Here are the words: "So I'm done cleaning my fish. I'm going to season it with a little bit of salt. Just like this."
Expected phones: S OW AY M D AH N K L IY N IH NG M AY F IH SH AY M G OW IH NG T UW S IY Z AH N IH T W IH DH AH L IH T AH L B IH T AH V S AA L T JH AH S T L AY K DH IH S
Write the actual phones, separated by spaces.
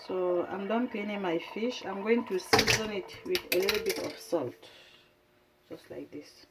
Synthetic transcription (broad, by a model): S OW AY M D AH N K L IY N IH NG M AY F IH SH AY M G OW IH NG T UW S IY Z AH N IH T W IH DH AH L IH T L B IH T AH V S AA L T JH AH S T L AY K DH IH S